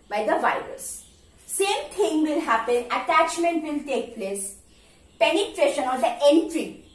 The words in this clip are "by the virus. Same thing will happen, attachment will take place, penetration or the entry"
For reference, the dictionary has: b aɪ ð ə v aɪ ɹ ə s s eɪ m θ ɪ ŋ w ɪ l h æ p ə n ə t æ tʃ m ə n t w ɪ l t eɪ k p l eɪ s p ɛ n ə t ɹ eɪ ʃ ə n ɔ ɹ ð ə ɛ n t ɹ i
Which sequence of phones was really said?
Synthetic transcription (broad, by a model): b aɪ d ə v aɪ ɹ ə s s eɪ m t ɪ ŋ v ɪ l h æ p ə n ə t æ tʃ m ə n t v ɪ l t eɪ k p l eɪ s p ɛ n ə t ɹ eɪ ʃ ə n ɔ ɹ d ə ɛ n t ɹ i